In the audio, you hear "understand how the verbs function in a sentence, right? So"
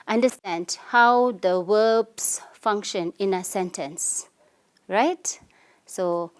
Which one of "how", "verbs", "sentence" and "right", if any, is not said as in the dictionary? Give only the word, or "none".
verbs